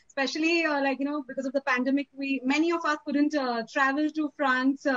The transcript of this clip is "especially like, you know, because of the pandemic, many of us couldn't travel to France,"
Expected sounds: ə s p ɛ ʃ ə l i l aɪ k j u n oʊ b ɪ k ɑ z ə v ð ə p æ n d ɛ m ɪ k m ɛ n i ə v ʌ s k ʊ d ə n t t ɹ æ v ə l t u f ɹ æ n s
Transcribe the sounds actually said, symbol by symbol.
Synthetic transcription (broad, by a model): s p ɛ ʃ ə l i l aɪ k j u n oʊ b ɪ k ɑ z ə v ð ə p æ n d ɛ m ɪ k m ɛ n i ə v ʌ s k ʊ d ə n t t ɹ æ v ə l t u f ɹ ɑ n s